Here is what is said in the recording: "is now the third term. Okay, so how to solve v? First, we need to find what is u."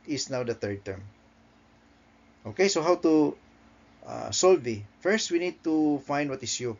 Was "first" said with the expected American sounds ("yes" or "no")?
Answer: yes